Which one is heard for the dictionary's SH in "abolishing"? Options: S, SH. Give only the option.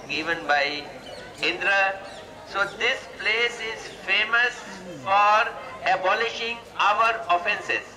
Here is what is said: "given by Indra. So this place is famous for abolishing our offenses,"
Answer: SH